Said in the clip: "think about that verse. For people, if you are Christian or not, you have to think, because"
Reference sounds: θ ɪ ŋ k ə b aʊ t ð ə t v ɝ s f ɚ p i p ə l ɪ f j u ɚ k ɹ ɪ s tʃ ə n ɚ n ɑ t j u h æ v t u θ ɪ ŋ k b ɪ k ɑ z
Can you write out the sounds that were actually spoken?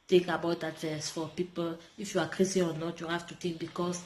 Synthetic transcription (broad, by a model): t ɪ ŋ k ə b aʊ t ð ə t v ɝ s f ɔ p i p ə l ɪ f j u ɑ k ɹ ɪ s ə ɔ n ɑ t j u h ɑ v t u t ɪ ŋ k b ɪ k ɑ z